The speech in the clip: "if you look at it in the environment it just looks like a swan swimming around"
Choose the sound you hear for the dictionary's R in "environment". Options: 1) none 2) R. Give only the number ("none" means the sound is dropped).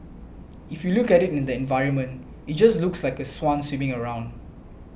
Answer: 2